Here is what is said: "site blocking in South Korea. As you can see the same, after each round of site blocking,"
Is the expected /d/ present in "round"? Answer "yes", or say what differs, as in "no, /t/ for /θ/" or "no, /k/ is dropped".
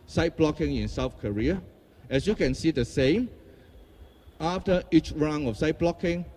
no, /d/ is dropped